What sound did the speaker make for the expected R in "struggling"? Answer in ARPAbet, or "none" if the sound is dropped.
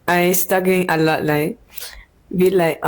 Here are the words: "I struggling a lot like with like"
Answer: none